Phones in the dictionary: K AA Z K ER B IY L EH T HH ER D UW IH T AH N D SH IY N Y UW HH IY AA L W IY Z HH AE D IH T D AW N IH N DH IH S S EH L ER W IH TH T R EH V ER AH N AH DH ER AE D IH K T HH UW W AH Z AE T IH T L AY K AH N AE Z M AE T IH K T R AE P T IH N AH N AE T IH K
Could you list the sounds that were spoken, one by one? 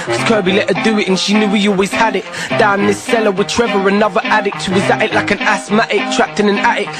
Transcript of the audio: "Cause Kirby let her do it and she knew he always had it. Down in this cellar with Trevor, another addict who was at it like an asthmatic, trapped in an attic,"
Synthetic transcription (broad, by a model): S K ER B IY L EH T HH ER D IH IH T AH N SH IY N Y UW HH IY AA L W IY Z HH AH D IH T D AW IH N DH IH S S EH L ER W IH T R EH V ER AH N AH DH ER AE D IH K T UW W AH Z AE T IH T L AY K AH N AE S M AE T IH K T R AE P T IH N AH N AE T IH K